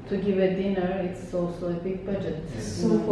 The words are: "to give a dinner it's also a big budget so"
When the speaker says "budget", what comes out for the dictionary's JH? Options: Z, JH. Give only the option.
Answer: JH